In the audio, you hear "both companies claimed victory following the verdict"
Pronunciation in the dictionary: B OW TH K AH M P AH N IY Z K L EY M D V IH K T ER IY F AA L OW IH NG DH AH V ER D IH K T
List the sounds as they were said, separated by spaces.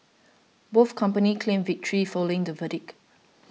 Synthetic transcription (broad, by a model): B OW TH K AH M P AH N IY K L EY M V IH K T ER IY F AA L OW IH NG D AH V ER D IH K